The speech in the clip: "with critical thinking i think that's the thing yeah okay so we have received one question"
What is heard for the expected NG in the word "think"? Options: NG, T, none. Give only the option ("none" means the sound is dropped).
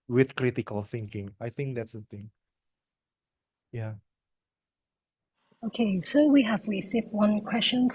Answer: NG